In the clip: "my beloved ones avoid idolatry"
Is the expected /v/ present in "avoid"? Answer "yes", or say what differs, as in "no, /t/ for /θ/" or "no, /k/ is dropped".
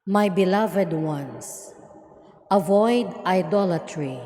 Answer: yes